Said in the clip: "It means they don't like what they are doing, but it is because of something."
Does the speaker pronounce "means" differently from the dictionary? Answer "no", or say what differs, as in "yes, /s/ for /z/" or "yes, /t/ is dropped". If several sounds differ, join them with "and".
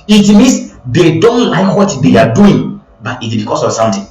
yes, /s/ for /z/